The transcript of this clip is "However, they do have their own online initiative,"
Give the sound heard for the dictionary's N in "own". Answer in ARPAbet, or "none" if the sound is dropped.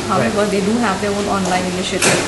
L